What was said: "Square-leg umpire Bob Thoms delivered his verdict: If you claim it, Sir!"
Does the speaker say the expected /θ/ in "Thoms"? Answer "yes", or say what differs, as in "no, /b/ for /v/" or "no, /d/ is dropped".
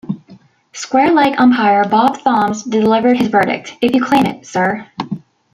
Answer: yes